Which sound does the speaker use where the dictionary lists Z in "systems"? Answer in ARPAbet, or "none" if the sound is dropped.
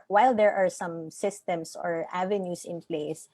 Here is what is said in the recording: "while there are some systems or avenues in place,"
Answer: S